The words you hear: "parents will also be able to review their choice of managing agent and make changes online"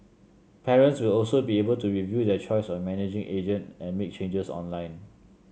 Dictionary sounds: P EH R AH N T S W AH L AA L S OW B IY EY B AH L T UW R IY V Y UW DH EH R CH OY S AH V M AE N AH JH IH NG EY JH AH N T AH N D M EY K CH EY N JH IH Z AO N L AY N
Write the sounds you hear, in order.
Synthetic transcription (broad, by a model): P EH R AH N T S W AH L AA L S OW B IY EY B AH L T UW R IY V Y UW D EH CH OY S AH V M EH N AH JH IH NG EY JH AH N T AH N M EY K CH EY N JH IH S AO N L AY N